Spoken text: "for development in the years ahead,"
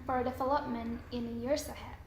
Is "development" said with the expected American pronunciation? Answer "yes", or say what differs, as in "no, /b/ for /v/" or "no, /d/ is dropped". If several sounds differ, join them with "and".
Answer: no, /f/ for /v/ and /t/ is dropped